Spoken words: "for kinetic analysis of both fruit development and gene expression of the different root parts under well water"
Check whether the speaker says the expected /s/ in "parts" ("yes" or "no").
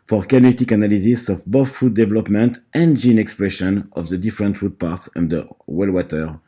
yes